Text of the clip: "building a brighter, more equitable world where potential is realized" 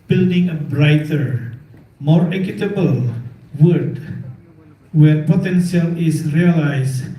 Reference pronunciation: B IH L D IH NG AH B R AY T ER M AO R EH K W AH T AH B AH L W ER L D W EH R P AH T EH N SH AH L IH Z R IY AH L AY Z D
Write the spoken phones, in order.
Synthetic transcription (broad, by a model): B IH L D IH NG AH B R AY T ER M AO R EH K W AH T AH B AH L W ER D W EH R P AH T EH N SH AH L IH S R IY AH L AY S